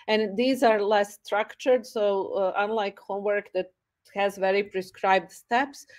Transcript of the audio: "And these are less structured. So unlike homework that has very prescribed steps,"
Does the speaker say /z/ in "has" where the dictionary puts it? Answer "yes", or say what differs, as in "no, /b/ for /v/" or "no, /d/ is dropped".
yes